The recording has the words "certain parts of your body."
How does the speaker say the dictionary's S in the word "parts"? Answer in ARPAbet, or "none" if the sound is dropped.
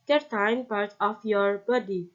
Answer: none